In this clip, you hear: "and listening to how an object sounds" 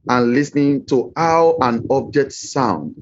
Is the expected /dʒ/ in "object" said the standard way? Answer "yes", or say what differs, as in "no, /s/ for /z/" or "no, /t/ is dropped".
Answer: yes